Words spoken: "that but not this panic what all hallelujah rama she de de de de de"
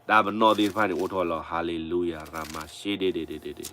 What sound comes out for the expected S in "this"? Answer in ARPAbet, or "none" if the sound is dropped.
none